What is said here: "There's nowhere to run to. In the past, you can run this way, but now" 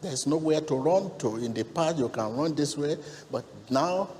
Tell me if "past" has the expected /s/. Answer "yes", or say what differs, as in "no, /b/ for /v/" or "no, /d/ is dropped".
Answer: no, /s/ is dropped